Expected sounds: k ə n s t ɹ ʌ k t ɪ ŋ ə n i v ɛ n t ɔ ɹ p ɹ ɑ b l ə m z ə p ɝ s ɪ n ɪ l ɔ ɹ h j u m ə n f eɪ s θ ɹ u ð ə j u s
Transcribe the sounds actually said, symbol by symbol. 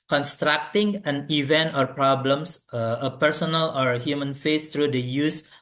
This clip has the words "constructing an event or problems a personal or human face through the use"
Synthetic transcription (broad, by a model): k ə n s t ɹ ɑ k t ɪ ŋ ə n i v ɛ n t ɔ ɹ p ɹ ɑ b l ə m s ə p ɝ s ɪ n ɪ l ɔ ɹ h j u m ə n f eɪ s t ɹ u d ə j u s